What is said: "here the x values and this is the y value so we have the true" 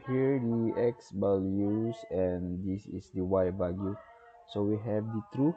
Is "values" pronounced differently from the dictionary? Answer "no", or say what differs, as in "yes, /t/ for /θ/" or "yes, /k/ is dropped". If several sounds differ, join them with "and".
yes, /b/ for /v/